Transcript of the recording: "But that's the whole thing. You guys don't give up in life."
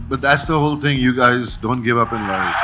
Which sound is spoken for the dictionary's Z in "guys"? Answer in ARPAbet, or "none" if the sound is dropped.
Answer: Z